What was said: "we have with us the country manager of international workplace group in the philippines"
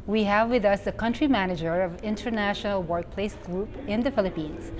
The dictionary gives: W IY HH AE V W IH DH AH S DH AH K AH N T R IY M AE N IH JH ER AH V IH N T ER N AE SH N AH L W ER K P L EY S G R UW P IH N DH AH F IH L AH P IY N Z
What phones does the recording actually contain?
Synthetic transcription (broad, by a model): W IY HH AE V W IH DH AH S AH K AH N T R IY M AE N IH JH ER AH V IH N T ER N AE SH N AH L W ER K P L EY S G R UW P IH N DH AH F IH L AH P IY N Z